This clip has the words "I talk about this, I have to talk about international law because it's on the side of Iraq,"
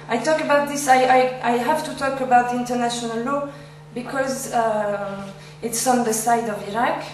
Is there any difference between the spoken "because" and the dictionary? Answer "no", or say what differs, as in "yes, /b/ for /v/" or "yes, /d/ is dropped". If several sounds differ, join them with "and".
no